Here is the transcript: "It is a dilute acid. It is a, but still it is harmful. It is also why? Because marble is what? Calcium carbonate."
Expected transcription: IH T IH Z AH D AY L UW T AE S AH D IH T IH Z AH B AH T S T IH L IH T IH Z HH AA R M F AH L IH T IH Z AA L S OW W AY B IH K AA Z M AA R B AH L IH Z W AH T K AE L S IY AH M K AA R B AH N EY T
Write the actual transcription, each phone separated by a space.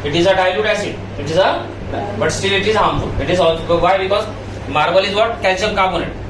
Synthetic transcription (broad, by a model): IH T IH Z AH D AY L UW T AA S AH IH T IH Z AH B AH T S T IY L IH T IH Z HH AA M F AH L IH T IH Z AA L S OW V AY B IH K AA Z M AA R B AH L IH Z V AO T K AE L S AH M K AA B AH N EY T